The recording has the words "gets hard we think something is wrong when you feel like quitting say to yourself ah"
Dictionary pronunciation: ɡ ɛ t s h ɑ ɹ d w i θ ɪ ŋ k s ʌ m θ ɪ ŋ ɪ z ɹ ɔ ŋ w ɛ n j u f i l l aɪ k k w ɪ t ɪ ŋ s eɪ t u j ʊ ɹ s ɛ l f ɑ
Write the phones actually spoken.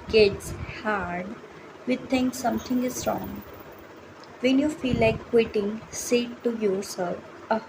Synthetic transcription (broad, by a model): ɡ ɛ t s h ɑ ɹ d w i t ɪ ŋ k s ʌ m t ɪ ŋ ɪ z ɹ ɔ ŋ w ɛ n j u f i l l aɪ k k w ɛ t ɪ ŋ s eɪ t u j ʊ ɹ s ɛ l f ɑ